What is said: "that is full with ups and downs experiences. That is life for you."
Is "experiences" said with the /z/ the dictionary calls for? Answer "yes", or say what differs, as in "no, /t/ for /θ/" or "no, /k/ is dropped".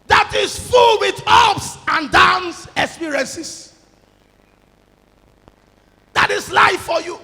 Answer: no, /s/ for /z/